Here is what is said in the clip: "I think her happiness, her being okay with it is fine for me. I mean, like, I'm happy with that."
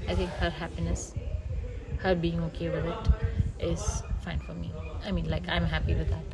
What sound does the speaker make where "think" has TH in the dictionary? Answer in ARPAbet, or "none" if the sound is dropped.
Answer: T